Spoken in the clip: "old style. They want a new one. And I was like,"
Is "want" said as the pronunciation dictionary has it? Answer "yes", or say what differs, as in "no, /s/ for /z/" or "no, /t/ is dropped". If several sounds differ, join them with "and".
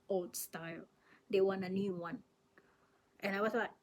no, /t/ is dropped